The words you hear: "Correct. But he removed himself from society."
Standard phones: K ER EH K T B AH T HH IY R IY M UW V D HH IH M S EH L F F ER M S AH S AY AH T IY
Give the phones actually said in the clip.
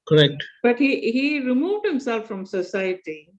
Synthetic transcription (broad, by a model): K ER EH K T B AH T HH IY R IY M UW V D HH IH M S EH L F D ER M S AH S AY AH T IY